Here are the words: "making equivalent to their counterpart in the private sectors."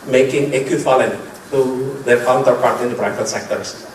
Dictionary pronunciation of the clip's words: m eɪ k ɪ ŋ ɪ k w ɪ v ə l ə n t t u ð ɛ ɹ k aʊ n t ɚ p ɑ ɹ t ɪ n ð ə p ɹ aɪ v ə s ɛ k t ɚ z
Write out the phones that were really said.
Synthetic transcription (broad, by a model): m eɪ k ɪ ŋ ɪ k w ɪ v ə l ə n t t u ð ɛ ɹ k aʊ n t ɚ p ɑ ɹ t ɪ n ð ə b ɹ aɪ f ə s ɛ k t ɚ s